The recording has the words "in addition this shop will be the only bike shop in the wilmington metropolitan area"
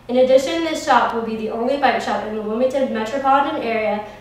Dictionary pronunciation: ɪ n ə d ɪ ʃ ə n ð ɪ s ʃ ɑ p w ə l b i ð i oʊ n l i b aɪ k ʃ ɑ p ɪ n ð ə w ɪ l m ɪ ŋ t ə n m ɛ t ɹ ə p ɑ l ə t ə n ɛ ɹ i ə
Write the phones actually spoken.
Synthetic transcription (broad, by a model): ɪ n ə d ɪ ʃ ə n ð ɪ s ʃ ɑ p w ə l b i ð i oʊ n l i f aɪ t ʃ ɑ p ɪ n ð ə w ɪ m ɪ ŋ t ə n m ɛ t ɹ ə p ɑ l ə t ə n ɛ ɹ i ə